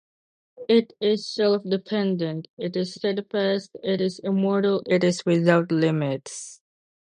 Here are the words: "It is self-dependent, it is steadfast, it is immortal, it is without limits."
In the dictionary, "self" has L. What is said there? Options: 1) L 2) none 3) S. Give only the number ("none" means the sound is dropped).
1